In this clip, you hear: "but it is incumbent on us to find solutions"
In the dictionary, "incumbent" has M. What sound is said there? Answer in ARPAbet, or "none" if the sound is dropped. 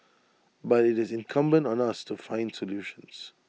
M